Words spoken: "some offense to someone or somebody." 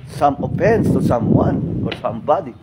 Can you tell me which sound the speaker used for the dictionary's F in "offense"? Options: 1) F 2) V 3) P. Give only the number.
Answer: 3